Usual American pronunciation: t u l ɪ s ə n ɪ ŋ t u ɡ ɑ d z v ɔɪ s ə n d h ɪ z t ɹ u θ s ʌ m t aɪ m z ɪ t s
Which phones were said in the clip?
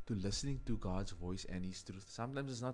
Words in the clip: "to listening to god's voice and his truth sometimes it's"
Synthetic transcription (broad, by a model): t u l ɪ s ə n ɪ ŋ t u ɡ ɑ d z v ɔɪ s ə n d h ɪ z t ɹ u t s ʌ m t aɪ m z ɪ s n